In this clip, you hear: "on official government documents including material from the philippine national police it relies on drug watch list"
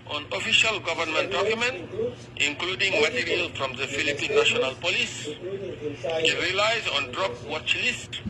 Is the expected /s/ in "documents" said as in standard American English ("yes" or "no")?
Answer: no